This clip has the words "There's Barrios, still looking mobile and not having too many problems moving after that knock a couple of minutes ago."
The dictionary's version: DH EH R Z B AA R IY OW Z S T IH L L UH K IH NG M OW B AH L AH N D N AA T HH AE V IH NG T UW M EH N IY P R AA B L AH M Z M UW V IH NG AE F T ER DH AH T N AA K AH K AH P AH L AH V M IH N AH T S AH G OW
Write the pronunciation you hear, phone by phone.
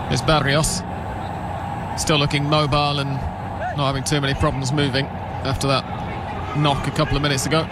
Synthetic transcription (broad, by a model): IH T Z B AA R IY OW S S T IH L L UH K IH NG M OW B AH L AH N N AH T HH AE V IH NG T UW M EH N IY P R AA B L AH M Z M UW V IH NG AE F T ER DH AH T N AA K AH K AH P L AH V M IH N AH T S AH G OW